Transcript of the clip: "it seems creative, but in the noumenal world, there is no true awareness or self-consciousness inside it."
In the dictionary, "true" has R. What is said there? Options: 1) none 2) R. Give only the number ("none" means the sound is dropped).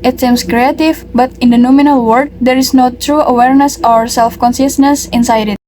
2